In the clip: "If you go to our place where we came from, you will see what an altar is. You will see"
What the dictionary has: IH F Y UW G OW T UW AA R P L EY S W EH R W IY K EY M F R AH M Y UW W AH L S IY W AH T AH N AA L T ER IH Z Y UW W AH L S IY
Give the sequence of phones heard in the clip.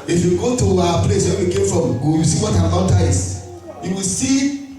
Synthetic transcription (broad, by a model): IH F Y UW G OW T UW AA P L EY S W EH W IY K EY M F R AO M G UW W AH S IY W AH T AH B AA N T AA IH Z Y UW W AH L S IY